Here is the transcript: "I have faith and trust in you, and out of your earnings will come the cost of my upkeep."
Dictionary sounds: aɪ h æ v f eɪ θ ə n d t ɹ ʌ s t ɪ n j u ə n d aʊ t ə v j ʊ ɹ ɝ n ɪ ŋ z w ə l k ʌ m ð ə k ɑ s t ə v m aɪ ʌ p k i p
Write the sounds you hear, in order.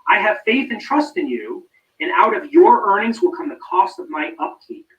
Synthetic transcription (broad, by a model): aɪ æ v f eɪ θ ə n t ɹ ʌ s t ɪ n j u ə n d aʊ t ə v j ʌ ɹ ɝ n ɪ ŋ z w ə l k ʌ m ð ə k ɑ s t ə v m aɪ ʌ p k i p